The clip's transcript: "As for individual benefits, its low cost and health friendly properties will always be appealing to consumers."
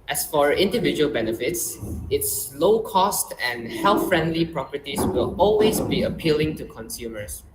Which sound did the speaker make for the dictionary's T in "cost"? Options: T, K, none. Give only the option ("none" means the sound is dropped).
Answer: T